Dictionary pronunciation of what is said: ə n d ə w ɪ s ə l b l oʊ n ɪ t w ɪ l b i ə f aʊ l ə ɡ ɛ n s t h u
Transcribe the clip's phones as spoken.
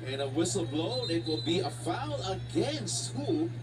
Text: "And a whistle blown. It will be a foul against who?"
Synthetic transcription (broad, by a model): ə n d ə w ɪ s l b l oʊ ɪ t w ɪ l b i ə f aʊ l ə ɡ ɛ n s t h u